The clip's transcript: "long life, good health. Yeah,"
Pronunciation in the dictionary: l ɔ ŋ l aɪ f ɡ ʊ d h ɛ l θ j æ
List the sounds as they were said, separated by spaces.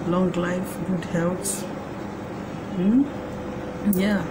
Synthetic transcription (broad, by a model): l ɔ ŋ l aɪ f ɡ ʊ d h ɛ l s j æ